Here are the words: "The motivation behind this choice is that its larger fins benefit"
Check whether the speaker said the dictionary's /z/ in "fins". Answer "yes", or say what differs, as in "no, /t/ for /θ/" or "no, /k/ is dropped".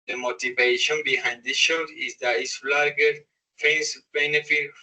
no, /s/ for /z/